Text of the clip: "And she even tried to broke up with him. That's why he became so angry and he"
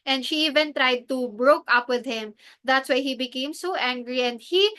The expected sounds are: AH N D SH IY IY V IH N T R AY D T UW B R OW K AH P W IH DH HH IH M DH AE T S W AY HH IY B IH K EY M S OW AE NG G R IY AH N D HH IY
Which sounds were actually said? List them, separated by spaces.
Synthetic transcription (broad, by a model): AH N D SH IY IY V IH N T R AY D T UW B R OW K AH P W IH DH HH IH M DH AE T S W AY HH IY B IH K EY M S OW AE NG G R IY AH N D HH IY